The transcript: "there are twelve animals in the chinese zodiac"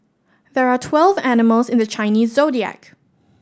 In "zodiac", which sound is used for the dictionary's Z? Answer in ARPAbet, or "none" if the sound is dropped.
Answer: Z